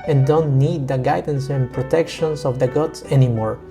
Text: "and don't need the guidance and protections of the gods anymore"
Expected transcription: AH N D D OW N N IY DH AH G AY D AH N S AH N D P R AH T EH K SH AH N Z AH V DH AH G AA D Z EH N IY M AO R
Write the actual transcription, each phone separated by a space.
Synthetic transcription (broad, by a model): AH N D D OW N N IY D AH G AY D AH N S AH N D P R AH T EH K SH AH N S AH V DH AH G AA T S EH N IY M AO R